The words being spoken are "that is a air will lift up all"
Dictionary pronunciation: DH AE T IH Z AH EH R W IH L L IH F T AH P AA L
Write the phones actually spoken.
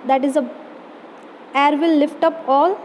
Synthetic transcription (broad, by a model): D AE T IH Z AH EH R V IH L L IH F T AH P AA L